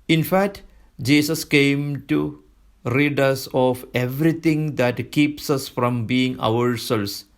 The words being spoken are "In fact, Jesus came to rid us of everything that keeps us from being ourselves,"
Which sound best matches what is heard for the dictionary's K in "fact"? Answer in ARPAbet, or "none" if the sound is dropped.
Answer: K